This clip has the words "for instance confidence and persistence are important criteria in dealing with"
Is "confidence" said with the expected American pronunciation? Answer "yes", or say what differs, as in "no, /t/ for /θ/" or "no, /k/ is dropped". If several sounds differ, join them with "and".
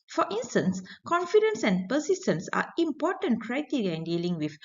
yes